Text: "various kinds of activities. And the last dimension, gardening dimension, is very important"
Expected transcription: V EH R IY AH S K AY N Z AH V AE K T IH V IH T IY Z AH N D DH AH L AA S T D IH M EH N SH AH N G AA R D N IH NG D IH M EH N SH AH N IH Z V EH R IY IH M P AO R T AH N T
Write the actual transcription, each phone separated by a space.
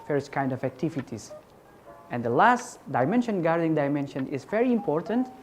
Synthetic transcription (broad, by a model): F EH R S K AY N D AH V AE K T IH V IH T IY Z AH N D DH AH L AA S T D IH M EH N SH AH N G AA R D IH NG D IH M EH N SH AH N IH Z V EH R IY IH M P AO R T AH N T